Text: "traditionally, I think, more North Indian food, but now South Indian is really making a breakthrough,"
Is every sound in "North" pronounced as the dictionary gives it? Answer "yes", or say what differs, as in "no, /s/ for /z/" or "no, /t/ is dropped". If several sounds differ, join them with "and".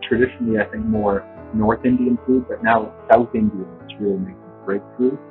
yes